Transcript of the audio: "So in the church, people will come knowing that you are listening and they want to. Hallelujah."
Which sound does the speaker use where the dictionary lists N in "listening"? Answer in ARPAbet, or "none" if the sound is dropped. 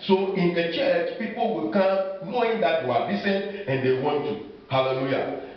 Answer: none